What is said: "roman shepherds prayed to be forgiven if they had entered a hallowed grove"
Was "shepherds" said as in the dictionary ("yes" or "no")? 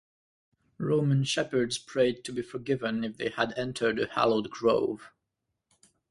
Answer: yes